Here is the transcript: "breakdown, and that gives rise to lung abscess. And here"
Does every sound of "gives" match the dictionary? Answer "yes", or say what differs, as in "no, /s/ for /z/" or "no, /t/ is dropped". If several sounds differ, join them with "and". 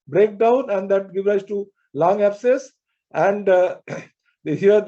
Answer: no, /z/ is dropped